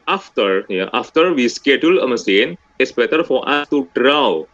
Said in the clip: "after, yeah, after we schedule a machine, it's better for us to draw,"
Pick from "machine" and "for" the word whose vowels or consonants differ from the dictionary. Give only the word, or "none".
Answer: machine